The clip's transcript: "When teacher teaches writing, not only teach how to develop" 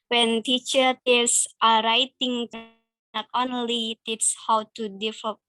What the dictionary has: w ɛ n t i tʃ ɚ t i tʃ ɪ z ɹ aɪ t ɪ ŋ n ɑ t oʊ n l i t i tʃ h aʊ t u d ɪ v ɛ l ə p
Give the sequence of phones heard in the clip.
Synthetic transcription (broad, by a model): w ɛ n t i tʃ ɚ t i s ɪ ɹ aɪ t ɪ ŋ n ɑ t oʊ n l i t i s h aʊ t u d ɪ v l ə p